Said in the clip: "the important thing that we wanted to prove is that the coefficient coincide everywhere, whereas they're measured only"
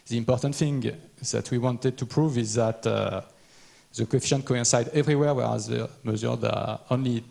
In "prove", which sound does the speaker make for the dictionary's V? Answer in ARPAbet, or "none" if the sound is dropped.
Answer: V